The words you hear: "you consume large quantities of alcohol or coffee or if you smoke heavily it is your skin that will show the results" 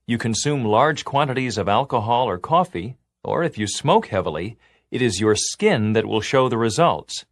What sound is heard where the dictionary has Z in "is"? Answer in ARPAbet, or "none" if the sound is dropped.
Z